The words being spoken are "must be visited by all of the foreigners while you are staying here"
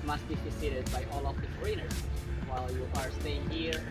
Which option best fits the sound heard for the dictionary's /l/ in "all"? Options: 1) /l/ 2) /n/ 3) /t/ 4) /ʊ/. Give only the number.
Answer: 1